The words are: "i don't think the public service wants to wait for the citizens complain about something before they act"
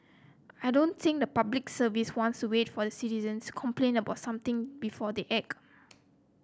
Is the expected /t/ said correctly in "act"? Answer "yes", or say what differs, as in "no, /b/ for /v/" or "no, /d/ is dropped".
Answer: no, /t/ is dropped